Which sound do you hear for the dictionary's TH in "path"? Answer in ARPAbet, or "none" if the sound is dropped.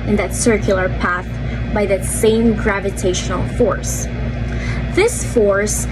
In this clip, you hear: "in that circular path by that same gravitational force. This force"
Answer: TH